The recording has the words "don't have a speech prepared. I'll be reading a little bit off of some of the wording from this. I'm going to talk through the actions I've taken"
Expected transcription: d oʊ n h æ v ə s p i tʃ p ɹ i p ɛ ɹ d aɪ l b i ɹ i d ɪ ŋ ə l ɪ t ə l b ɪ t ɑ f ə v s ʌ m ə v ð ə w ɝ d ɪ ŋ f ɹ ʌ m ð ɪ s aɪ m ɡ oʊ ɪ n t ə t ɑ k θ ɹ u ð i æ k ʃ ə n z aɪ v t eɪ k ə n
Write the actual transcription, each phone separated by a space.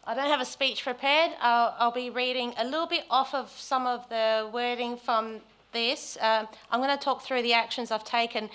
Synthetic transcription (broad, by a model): d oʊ n h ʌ v ə s p i tʃ p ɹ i p ɛ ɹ d aɪ l b i ɹ i d ɪ ŋ ə l ɪ t l b ɪ t ɑ f ə v s ʌ m ə v ð ə w ɝ d ɪ ŋ f ɹ ʌ m ð ɪ s aɪ m ɡ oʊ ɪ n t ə t ɑ k θ ɹ u ð i æ k ʃ ə n z aɪ v t eɪ k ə n